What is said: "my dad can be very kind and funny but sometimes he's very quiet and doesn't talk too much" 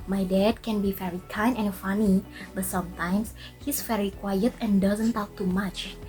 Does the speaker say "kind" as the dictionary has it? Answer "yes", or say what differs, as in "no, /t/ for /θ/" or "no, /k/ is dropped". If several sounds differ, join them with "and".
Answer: no, /d/ is dropped